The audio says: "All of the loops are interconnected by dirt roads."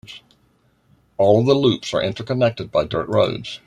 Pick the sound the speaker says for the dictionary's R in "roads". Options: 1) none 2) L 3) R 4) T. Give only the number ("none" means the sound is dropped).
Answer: 3